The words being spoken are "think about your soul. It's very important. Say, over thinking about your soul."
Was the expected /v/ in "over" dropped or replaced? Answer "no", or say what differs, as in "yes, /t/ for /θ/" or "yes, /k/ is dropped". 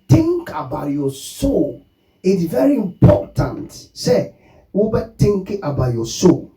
yes, /b/ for /v/